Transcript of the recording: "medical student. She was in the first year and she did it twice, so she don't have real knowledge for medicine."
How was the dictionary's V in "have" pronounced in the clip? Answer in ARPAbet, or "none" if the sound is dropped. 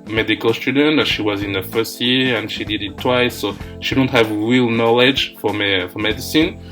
V